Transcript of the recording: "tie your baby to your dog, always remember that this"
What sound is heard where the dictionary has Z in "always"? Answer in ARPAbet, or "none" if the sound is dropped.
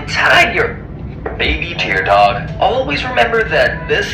Z